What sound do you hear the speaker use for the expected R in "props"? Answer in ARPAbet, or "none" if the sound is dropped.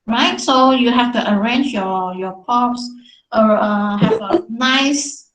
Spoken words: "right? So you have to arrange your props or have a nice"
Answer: none